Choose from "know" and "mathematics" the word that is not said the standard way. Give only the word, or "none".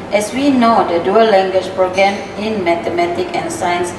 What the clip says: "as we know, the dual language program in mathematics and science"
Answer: mathematics